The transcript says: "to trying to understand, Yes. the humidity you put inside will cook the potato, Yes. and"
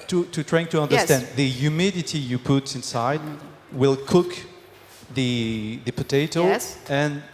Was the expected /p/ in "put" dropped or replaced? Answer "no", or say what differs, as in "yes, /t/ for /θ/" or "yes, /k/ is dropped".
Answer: no